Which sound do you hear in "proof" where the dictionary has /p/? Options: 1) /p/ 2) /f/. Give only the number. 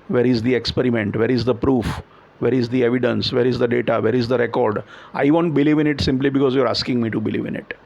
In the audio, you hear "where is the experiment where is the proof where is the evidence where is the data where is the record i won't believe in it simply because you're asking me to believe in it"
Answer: 1